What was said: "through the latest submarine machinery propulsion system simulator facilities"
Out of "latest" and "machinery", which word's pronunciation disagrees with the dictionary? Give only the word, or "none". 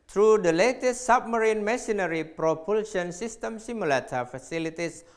machinery